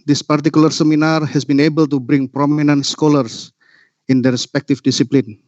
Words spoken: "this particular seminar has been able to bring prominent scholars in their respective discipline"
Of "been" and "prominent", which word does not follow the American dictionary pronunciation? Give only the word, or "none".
none